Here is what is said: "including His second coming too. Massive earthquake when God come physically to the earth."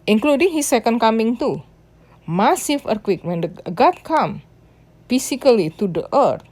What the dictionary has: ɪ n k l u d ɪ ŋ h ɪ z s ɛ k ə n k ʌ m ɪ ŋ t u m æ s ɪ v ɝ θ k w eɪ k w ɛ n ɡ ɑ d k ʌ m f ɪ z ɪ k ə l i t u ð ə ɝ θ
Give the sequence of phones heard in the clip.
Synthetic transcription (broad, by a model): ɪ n k l u d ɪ ŋ h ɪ s ɛ k ə n k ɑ m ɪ ŋ t u m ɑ s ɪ f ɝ k w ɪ k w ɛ n ɡ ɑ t k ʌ m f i s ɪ k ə l i t u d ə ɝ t